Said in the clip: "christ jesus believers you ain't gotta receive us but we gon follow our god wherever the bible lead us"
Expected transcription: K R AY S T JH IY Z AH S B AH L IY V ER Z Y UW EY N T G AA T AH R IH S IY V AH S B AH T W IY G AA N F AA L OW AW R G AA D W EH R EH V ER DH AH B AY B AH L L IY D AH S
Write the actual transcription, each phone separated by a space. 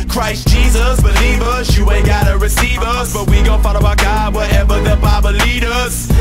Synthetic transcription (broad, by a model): K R AY S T JH IY Z AH S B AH L IY V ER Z Y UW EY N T G AA T AH R IH S IY V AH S B AH T W IY G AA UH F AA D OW AW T G AA D W EH R EH V ER DH AH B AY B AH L L IY D AH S